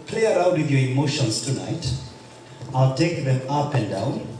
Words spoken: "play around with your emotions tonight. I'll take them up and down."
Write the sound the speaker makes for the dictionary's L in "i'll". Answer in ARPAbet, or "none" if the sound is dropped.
L